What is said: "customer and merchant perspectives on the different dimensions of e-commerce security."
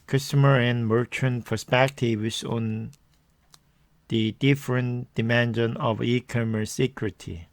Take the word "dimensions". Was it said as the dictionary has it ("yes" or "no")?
no